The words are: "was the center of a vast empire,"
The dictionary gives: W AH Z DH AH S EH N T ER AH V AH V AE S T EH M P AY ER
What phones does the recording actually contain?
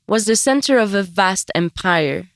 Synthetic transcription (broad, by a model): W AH Z DH AH S EH N T ER AH V AH V AE S T EH M P AY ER